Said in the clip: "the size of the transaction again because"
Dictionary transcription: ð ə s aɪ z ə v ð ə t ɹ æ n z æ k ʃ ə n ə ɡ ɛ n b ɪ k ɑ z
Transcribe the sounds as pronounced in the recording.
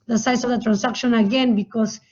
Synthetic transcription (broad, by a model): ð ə s aɪ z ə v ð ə t ɹ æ n s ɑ k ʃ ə n ə ɡ ɛ n b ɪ k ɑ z